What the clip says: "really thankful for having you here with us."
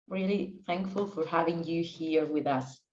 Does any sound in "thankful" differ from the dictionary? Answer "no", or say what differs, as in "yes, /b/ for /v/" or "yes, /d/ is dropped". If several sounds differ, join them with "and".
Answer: no